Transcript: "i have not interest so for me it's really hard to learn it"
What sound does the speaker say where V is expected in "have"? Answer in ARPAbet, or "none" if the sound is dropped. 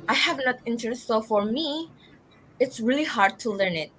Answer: V